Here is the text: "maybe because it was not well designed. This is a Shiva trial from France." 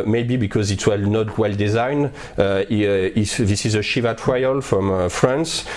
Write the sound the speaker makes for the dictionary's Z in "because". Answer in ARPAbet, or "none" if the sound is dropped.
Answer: Z